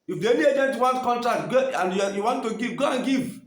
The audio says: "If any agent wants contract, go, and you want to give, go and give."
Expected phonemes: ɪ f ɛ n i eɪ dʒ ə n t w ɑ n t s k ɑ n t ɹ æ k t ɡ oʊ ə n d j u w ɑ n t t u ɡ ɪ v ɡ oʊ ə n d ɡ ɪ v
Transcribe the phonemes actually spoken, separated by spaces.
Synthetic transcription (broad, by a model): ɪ f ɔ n i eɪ dʒ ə n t w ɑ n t k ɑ n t ɹ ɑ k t ɡ oʊ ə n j j u w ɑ n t t u ɡ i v ɡ oʊ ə n ɡ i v